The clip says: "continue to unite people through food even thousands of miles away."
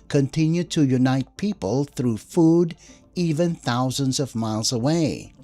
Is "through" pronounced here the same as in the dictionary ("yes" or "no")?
yes